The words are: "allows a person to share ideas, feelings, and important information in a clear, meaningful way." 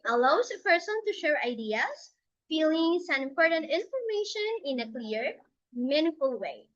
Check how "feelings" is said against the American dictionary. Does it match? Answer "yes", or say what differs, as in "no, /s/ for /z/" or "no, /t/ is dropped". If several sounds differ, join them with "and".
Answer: no, /s/ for /z/